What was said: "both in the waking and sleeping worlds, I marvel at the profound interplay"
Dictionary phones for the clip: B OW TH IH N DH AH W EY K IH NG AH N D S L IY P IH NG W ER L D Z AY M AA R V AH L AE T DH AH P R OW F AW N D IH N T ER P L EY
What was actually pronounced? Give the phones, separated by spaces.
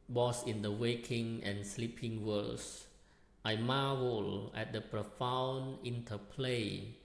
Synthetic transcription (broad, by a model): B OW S IH N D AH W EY K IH NG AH N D S L IY P IH NG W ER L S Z AY M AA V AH L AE T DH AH P R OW F AW N IH N T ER P L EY